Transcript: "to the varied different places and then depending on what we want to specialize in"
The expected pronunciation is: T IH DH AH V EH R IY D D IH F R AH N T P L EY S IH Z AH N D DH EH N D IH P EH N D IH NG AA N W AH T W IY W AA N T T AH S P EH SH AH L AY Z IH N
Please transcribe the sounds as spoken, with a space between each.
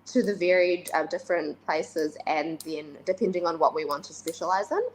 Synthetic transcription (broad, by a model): T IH DH AH V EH R IY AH D IH F R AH N P L EY S IH Z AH N DH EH N D IH P EH N D IH NG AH N W AH T W IY W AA N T T AH S P EH SH AH L AY Z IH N